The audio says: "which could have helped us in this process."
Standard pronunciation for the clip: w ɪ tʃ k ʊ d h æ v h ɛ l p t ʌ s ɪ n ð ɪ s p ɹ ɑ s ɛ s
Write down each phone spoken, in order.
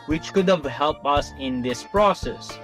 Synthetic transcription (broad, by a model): w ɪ tʃ k ʊ d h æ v h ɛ l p ʌ s ɪ n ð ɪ s p ɹ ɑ s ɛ s